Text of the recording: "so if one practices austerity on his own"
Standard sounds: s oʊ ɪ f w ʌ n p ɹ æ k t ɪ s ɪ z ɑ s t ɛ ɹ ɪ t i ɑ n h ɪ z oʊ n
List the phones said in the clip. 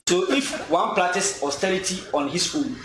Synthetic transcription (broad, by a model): s oʊ ɪ f w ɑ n p l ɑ t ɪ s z ɑ s t ɛ ɹ ɪ t i ɑ n h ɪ s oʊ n